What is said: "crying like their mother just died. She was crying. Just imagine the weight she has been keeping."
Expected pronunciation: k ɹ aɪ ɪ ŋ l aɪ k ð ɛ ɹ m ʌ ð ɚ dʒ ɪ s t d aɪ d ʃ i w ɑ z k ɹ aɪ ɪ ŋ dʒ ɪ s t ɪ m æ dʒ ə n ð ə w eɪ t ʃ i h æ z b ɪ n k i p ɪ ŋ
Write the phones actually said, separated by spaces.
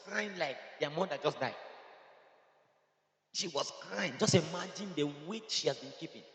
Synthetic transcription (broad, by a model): k ɹ aɪ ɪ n l aɪ k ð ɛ m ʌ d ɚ dʒ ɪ s d aɪ d ʃ i w ɑ s k ɹ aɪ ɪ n dʒ ɪ s t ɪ m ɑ dʒ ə n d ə w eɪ ʃ i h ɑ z b ɪ n k i p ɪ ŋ